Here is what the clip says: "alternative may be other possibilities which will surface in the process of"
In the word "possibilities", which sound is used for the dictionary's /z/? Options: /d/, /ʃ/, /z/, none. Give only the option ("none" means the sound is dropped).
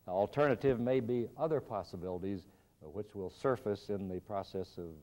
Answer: /z/